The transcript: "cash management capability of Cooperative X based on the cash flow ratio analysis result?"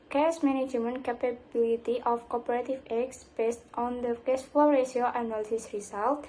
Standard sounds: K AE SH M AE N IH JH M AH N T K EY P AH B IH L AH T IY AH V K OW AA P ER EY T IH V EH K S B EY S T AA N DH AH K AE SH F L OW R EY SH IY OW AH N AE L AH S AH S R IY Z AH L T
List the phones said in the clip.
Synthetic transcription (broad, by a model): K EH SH M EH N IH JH M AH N K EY P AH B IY L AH T IY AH F K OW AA P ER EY T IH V EH K S B EY S T AA N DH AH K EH S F OW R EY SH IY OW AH N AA L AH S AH S R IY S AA L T